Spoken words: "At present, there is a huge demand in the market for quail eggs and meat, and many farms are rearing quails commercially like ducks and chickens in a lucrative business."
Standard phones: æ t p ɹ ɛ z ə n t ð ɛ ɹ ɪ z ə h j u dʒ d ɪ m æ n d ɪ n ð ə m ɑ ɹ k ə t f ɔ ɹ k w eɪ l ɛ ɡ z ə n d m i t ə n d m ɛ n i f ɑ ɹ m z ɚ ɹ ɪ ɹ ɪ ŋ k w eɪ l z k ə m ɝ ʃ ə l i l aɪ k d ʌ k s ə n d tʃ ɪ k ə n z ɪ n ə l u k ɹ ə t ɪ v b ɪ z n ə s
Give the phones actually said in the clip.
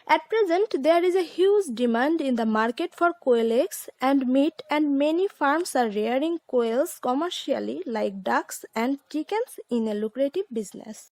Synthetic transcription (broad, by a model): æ t p ɹ ɛ z ə n t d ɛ ɹ ɪ z ə h j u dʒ d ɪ m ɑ n d ɪ n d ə m ɑ ɹ k ə t f ɔ ɹ k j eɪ l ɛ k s ə n d m i t ə n d m ɛ n i f ɑ ɹ m s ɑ ɹ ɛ ɹ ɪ ŋ k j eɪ l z k ə m ɝ ʃ ə l i l aɪ k d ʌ k s ə n d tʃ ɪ k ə n s ɪ n ə l u k ɹ ə t ɪ v b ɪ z n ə s